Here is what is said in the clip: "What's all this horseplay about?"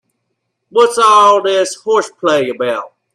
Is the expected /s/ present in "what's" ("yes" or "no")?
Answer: yes